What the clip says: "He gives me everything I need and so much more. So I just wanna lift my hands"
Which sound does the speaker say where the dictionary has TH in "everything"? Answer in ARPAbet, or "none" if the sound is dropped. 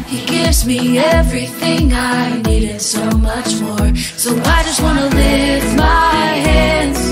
TH